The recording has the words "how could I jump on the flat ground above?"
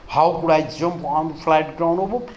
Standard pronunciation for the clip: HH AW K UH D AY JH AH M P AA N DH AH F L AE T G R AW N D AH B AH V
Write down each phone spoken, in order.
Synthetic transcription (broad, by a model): HH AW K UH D AY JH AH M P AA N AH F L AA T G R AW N AH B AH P